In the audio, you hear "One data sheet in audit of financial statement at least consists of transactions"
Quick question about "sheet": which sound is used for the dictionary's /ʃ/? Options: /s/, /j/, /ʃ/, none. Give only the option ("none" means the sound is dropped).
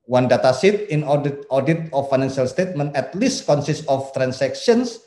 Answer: /s/